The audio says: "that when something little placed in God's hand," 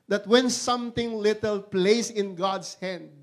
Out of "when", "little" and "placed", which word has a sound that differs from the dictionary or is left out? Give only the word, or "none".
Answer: placed